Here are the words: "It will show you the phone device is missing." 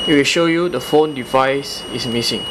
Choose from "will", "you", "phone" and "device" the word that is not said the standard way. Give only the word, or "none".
none